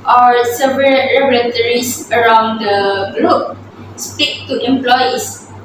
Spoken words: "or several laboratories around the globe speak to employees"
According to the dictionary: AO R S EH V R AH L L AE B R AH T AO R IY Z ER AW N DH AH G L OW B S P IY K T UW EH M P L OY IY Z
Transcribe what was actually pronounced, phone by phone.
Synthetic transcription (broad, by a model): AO R S EH V R AH L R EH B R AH T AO R IY S ER AW N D AH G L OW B S P IY K T UW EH M P L OY IY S